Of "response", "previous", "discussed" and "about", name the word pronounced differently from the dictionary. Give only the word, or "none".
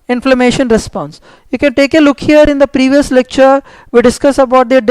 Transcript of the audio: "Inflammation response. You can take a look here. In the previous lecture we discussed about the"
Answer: discussed